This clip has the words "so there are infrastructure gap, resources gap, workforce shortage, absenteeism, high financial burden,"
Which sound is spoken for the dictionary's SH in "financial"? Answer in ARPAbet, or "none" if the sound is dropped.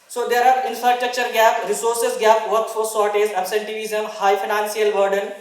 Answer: S